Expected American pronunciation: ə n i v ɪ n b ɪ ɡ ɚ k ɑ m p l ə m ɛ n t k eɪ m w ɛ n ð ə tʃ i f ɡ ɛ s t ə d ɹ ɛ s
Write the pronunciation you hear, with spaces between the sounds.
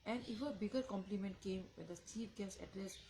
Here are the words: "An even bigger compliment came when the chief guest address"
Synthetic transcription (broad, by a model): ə n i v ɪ b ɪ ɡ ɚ k ɑ m p l ə m ɛ n t k eɪ m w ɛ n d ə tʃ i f ɡ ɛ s ə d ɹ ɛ s